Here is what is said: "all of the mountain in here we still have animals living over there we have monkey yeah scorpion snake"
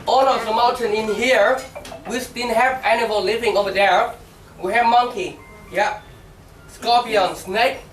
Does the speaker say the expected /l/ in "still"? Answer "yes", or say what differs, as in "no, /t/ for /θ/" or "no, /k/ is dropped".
no, /n/ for /l/